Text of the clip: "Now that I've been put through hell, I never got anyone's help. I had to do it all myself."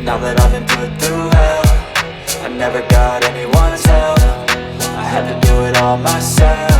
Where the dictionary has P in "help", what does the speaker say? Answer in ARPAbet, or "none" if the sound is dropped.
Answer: F